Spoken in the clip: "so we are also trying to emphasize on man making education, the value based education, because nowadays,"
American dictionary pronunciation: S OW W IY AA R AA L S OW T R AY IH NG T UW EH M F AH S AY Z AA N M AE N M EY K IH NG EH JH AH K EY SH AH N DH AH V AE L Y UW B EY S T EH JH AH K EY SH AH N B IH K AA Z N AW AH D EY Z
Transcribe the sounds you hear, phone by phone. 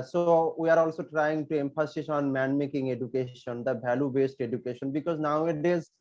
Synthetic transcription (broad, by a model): S OW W IY AA R AA L S OW T R AY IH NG T UW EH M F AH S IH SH AA N M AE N M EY K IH NG EH JH AH K EY SH AH N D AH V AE L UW B EY S T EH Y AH K EY SH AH N B IH K AA Z N AW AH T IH Z